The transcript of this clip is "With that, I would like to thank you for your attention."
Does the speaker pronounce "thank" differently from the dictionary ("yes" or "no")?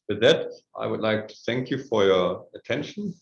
no